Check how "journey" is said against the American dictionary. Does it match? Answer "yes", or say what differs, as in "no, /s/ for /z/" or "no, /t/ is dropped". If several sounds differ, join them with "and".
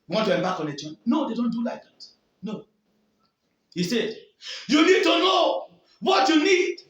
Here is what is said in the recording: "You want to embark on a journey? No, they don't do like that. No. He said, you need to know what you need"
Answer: no, /tʃ/ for /dʒ/